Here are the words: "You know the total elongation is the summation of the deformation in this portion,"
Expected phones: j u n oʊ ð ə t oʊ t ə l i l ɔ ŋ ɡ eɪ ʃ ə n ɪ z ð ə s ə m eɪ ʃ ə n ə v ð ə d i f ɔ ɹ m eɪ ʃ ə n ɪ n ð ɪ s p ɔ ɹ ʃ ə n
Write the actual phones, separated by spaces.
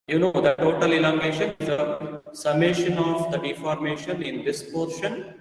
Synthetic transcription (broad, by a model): j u n oʊ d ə t oʊ t ə l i l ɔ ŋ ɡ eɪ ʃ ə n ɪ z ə s ə m eɪ ʃ ə n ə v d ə d i f ɔ ɹ m eɪ ʃ ə n ɪ n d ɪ s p ɔ ɹ ʃ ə n